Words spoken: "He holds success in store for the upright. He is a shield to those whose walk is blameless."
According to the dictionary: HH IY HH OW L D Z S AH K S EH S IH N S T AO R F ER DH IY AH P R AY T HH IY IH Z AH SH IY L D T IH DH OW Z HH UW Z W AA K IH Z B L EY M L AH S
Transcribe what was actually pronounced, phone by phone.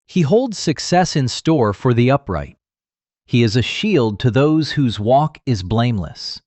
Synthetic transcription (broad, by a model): HH IY HH OW L D Z S AH K S EH S IH N S T AO R F ER DH IY AH P R AY T HH IY IH Z AH SH IY L D T IH DH OW Z HH UW Z W AA K IH Z B L EY M L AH S